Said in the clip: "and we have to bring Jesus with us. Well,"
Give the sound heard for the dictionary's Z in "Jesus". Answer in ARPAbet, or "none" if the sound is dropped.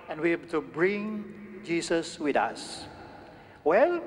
S